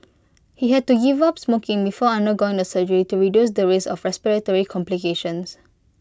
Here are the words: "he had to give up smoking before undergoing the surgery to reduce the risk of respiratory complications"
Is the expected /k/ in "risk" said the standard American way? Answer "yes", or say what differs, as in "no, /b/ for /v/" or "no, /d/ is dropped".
no, /k/ is dropped